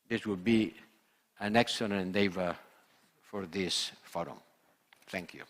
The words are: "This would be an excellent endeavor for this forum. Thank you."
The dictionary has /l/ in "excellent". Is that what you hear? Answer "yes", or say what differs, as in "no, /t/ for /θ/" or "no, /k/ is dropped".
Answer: no, /n/ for /l/